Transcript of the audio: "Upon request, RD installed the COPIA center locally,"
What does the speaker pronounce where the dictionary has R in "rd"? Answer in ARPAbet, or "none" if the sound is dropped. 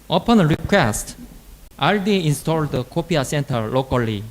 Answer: L